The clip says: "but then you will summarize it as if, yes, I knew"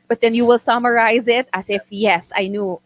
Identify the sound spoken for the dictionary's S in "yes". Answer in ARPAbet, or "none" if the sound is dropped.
S